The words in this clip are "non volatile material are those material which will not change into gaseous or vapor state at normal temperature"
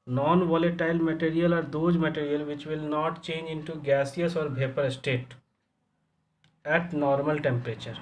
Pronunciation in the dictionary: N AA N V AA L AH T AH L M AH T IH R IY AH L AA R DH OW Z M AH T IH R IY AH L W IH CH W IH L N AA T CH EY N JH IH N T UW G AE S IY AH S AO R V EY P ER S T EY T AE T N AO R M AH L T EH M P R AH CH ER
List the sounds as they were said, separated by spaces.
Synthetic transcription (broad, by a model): N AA N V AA L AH T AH L M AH T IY R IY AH L AA R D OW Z M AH T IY R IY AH L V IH CH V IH L N AA T CH EY N JH IH N T UW G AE S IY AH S AO R B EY P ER S T EY T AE T N AO R M AH L T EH M P R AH CH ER